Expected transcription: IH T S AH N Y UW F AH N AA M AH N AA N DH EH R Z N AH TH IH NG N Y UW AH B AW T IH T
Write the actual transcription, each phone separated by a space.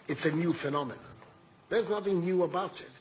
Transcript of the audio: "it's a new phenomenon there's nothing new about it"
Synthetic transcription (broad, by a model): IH T S AH N Y UW F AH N AA M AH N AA DH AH R Z N AH TH IH NG N Y UW AH B AW T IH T